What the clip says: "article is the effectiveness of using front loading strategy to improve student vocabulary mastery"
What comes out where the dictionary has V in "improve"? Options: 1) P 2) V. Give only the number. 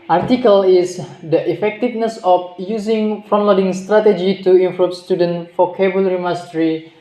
1